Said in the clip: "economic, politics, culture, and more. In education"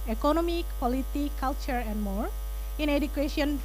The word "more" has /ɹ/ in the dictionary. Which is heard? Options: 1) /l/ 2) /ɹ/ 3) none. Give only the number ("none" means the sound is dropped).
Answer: 2